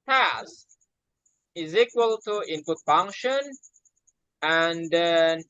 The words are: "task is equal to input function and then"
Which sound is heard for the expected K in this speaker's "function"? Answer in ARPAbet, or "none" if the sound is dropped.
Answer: K